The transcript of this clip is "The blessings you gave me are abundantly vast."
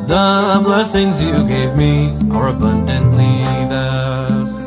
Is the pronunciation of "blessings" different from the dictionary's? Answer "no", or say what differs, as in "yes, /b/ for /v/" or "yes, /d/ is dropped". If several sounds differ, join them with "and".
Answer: no